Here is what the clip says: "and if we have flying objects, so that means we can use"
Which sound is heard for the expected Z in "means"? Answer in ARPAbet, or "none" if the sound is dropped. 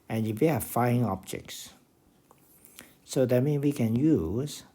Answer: none